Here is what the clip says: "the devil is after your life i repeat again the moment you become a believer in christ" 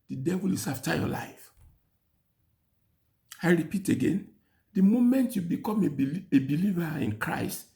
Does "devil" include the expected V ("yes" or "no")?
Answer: yes